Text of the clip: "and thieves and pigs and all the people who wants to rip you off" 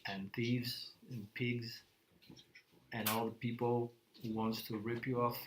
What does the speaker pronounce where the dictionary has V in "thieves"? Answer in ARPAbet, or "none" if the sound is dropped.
V